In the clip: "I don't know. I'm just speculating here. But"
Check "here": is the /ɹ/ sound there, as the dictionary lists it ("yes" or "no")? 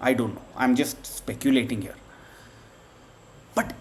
yes